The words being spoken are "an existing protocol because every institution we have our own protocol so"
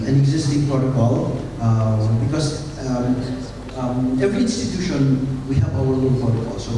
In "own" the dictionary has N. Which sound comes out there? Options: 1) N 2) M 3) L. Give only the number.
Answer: 3